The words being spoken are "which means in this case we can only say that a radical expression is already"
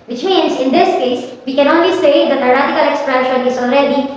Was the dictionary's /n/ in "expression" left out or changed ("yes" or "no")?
yes